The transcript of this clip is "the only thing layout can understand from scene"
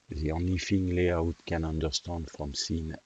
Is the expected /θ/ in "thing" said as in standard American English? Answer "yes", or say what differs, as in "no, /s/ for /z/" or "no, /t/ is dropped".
no, /f/ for /θ/